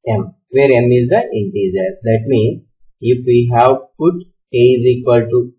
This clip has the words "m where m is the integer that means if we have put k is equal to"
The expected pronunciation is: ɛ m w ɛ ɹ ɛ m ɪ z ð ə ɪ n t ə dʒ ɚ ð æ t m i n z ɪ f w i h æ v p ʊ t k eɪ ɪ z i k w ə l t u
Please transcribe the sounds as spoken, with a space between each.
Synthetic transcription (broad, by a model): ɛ m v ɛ ɹ ɛ m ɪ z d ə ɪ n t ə z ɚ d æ t m i n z ɪ f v i h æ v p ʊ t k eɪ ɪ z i k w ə l t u